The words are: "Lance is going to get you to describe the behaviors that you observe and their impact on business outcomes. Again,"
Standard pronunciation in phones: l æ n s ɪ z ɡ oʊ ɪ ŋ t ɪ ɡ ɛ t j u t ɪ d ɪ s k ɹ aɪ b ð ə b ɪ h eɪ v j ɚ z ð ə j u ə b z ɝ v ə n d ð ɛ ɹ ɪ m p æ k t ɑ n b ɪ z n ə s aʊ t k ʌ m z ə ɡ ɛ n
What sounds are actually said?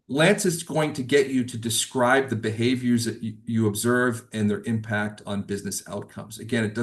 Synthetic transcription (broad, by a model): l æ n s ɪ s ɡ oʊ ɪ ŋ t ɪ ɡ ɛ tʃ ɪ t ɪ d ɪ s k ɹ aɪ b ð ə b ɪ h eɪ v j ɚ z ð ə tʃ ə b z ɝ v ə n ð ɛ ɹ ɪ m p æ k t n b ɪ z n ə s aʊ t k ʌ m z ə ɡ ɛ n